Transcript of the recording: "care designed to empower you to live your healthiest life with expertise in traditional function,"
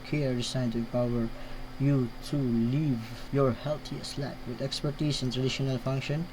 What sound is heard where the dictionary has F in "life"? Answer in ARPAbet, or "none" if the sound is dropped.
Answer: P